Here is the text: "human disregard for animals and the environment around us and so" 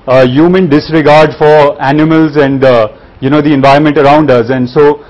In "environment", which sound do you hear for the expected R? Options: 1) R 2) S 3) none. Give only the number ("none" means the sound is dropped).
1